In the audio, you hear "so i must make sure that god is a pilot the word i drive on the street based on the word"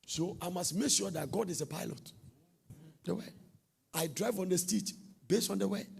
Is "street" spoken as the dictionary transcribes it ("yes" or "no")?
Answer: no